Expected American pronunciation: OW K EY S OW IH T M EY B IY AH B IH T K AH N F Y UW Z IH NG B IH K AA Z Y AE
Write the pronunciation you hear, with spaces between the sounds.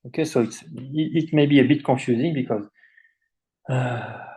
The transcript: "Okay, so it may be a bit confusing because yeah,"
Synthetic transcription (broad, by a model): OW K EY S OW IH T M EY B IY AH B IH T K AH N F Y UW Z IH NG B IH K AA Z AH